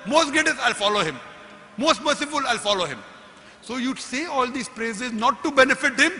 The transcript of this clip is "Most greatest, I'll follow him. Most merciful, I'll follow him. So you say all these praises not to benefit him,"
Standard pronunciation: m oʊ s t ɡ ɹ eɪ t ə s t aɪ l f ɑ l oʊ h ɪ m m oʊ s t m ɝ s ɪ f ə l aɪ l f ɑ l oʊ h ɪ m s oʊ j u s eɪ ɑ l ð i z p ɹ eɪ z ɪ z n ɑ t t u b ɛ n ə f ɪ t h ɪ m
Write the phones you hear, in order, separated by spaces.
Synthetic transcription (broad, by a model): m oʊ s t ɡ eɪ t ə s aɪ l f ɑ l oʊ h ɪ m m oʊ s t m ɝ s ɪ f ə l aɪ l f ɑ l oʊ h ɪ m s oʊ j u s eɪ ɑ l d i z p ɹ eɪ z ɪ z n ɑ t t u b ɛ n ə f ɪ t h ɪ m